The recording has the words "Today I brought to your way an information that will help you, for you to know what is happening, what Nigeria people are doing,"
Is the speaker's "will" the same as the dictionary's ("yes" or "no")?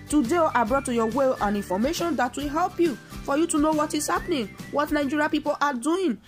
yes